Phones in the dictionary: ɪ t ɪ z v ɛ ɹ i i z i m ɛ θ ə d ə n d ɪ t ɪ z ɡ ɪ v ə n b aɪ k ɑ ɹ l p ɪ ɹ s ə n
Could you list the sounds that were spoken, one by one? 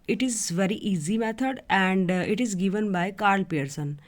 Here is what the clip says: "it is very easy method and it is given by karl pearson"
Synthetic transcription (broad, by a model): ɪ t ɪ z v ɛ ɹ i i z i m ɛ t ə d ə n d ɪ t ɪ z ɡ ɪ v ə n b aɪ k ɑ ɹ l p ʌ ɹ s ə n